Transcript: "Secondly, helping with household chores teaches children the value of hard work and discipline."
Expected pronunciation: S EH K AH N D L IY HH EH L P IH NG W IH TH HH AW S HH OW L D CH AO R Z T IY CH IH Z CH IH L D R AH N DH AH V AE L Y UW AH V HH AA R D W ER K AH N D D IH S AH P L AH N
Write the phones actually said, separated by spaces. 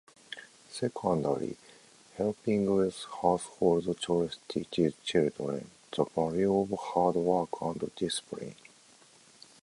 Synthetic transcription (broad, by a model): S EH K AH N D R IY HH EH L P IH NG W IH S HH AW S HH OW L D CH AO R S T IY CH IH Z CH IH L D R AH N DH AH B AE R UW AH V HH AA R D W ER K AH N D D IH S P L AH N